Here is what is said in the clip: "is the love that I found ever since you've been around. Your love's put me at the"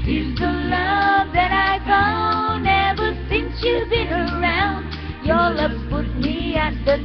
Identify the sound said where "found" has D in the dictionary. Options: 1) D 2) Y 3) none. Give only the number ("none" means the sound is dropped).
3